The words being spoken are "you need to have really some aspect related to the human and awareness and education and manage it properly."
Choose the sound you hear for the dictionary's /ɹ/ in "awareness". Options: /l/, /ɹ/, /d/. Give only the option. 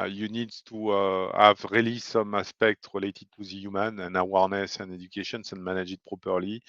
/ɹ/